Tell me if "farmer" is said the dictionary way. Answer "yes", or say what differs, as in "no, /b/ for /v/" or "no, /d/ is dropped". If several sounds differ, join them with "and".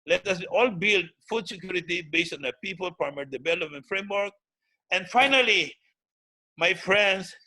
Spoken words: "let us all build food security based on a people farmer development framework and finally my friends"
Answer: no, /p/ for /f/